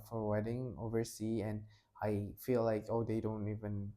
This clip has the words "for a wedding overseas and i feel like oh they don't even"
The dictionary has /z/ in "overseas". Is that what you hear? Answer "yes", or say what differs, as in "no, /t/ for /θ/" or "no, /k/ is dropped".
no, /z/ is dropped